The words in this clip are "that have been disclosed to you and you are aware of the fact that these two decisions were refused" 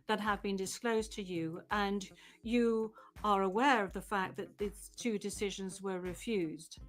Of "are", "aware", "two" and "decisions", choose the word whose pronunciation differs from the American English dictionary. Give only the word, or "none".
none